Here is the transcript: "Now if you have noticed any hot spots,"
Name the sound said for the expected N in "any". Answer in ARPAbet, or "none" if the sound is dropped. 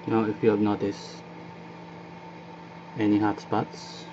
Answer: N